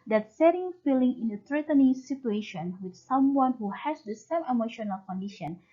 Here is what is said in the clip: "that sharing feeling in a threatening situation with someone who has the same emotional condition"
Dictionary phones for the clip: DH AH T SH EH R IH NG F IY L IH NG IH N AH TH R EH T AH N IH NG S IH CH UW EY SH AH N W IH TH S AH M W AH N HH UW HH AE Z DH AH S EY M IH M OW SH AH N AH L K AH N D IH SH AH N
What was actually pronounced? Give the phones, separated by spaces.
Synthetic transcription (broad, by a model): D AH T S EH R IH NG F IY L IH NG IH N AH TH R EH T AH N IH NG S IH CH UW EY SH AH N W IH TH S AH M W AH N HH UW HH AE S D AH S EY M IH M OW SH AH N AH L K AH N D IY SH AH N